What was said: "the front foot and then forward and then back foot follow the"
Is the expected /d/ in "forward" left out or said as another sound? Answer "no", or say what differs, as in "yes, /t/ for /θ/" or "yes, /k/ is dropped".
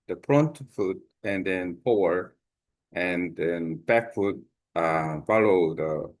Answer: yes, /d/ is dropped